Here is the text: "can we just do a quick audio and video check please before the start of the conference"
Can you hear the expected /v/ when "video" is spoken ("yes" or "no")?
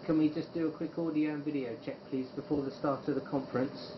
yes